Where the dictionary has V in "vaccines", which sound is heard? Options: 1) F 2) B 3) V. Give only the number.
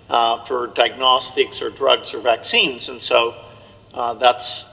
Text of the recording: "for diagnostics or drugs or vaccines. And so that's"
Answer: 3